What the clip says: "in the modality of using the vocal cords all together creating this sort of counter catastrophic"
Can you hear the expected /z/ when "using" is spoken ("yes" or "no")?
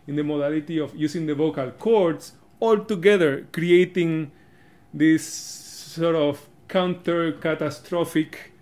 no